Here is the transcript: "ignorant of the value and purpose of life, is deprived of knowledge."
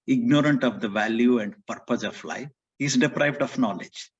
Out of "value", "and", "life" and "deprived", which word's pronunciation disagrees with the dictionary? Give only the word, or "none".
none